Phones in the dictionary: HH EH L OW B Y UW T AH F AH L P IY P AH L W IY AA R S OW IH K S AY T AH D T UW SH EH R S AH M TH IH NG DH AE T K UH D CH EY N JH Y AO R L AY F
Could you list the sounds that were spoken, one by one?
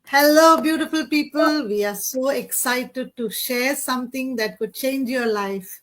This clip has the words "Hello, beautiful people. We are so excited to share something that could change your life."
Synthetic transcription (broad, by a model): HH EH L OW B Y UW T AH F AH L P IY P AH L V IY AA R S OW IH K S AY T AH D T UW SH EH R S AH M T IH NG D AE T K UH D CH EY N JH Y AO R L AY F